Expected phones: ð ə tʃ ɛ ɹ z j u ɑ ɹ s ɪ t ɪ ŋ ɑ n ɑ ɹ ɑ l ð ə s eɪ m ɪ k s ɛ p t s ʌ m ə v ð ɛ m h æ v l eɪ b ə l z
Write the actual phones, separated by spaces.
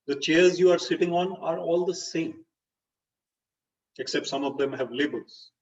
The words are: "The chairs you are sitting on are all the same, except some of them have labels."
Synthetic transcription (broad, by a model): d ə tʃ ɛ ɹ z j u ɑ ɹ s ɪ t ɪ ŋ ɑ n ɑ ɹ ɑ l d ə s eɪ m ɪ k s ɛ p t s ʌ m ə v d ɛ m h æ v l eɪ b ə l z